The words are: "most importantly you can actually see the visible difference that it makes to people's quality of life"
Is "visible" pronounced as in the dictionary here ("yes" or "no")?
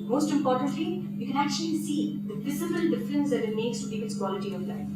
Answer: no